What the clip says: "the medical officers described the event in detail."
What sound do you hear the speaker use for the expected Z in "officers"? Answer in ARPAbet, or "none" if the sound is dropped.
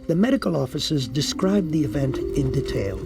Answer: Z